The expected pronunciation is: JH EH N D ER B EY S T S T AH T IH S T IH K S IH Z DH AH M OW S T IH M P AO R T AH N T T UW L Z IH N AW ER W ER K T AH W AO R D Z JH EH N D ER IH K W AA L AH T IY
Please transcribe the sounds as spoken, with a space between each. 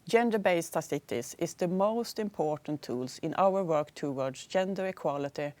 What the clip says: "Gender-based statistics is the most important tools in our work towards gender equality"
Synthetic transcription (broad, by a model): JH EH N D ER B EY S S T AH S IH T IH S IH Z DH AH M OW S T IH M P AO R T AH N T T UW L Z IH N AW ER W ER K T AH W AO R D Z JH EH N D ER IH K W AA L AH T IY